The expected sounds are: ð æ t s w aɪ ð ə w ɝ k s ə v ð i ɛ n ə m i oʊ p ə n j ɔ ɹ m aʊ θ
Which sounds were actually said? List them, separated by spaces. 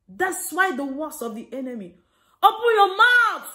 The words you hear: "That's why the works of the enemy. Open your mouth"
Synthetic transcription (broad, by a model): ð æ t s w aɪ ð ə w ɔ s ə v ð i ɛ n ə m i oʊ p ə n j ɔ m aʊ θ